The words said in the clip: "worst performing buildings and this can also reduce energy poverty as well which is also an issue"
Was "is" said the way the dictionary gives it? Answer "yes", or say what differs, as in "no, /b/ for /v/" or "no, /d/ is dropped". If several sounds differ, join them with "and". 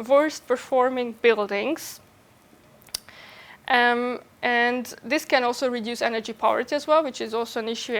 yes